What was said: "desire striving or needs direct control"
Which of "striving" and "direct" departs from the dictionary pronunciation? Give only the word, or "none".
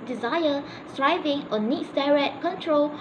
direct